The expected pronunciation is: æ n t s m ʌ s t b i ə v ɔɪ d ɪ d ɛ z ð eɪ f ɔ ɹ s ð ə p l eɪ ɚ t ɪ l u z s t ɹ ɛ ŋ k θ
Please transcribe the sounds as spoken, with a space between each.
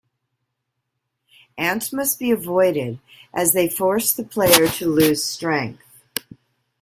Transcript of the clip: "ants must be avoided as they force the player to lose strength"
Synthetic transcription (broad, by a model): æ n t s m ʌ s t b i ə v ɔɪ d ɪ d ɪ z ð eɪ f ɔ ɹ s ð ə p l eɪ ɚ t ɪ l u z s t ɹ ɛ ŋ k θ